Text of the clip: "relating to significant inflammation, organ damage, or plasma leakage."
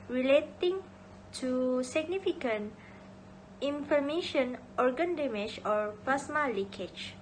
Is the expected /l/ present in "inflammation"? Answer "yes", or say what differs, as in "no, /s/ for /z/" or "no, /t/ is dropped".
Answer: no, /l/ is dropped